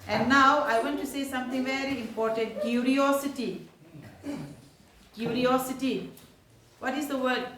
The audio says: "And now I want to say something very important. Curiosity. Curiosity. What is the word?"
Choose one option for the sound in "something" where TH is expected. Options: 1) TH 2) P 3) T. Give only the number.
3